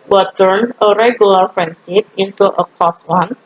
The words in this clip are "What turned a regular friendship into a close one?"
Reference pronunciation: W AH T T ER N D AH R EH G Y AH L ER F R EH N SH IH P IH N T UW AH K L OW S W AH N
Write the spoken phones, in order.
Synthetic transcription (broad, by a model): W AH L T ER N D AH R EH G Y AH L ER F R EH N S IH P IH N T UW AH K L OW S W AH N